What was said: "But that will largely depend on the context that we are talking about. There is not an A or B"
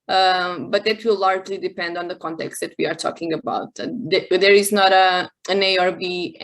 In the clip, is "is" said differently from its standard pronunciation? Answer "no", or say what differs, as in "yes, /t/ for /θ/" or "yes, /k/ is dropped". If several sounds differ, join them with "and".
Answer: no